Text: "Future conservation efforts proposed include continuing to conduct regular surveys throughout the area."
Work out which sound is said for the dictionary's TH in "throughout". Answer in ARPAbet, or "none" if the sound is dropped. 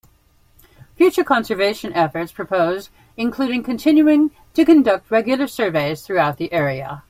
TH